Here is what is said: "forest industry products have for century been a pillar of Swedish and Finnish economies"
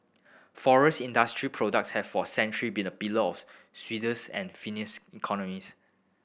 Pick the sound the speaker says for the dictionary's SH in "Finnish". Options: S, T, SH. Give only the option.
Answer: S